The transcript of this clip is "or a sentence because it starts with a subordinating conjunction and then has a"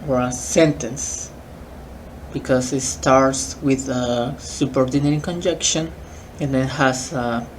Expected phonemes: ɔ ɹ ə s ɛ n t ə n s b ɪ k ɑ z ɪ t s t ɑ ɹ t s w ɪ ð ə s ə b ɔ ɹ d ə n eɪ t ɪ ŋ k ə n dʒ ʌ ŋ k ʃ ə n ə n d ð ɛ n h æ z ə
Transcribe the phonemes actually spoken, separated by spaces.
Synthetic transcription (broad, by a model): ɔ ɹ ə s ɛ n t ə n s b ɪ k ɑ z ɪ t s t ɑ ɹ t s w ɪ ð ə s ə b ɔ ɹ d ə n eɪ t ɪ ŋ k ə n dʒ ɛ k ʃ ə n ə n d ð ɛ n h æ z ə